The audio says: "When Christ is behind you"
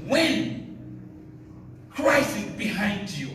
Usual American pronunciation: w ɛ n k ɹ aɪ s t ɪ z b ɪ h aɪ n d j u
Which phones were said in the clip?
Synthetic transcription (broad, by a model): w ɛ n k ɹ aɪ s ɪ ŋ b ɪ h aɪ n d j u